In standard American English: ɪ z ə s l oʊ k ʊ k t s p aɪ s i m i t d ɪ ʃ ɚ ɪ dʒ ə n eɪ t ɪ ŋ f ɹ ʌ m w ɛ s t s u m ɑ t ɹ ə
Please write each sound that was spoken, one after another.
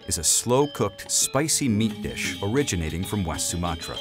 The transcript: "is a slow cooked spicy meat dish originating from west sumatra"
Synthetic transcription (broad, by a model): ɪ z ə s l oʊ k ʊ k t s p aɪ s i m i t d ɪ ʃ ɚ ɪ dʒ ə n eɪ t ɪ ŋ f ɹ ʌ m w ɛ s t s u m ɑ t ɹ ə